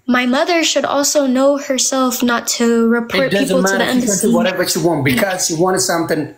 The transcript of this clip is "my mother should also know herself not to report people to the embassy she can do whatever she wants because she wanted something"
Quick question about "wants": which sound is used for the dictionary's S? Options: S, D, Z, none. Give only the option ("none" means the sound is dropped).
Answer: none